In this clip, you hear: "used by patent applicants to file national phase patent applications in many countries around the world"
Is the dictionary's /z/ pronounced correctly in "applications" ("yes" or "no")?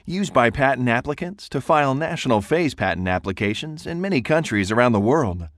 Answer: yes